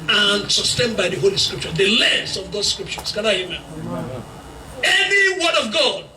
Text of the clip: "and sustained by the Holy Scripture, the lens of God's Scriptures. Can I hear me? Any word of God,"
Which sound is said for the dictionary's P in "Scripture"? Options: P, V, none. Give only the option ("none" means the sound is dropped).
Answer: P